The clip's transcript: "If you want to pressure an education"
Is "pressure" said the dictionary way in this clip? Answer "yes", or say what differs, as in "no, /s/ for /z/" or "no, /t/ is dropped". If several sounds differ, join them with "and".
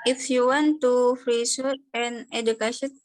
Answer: no, /f/ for /p/ and /s/ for /ʃ/